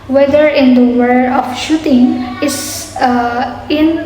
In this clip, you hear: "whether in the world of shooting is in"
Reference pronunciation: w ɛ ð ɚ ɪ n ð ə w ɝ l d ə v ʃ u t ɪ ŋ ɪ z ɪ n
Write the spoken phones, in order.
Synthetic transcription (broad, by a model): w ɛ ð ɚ ɪ n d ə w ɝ d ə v ʃ u t ɪ ŋ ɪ s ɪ n